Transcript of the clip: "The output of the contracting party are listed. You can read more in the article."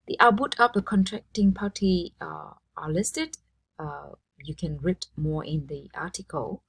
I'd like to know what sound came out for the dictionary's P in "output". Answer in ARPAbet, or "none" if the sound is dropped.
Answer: B